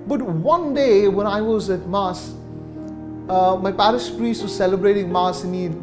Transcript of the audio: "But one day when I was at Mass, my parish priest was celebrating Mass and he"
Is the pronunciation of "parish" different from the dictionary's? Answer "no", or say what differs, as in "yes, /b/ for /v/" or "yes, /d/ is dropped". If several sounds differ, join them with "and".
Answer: yes, /s/ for /ʃ/